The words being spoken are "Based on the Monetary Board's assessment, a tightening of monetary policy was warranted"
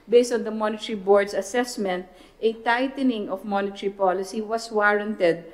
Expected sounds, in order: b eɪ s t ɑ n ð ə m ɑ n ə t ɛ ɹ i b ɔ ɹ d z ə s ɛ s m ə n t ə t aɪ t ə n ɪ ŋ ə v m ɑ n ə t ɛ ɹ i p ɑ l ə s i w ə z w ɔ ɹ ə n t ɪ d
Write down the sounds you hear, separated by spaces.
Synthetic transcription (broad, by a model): b eɪ s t ɑ n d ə m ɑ n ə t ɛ ɹ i b ɔ ɹ d s ə s ɛ s m ə n t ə t aɪ t ə n ɪ ŋ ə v m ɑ n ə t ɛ ɹ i p ɑ l ə s i w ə s w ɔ ɹ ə n t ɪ d